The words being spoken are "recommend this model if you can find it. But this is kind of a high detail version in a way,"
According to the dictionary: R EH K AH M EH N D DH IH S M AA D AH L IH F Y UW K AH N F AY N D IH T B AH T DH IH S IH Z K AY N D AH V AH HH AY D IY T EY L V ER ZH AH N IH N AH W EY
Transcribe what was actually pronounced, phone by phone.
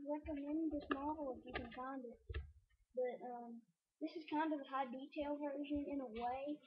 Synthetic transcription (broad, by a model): R EH K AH M EH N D DH IH S M AA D L IH F Y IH K AH N F AY N D IH T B AH T DH IH S IH Z K AY N D AH V AH HH AY D IY T EY L V ER ZH AH N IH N AH W EY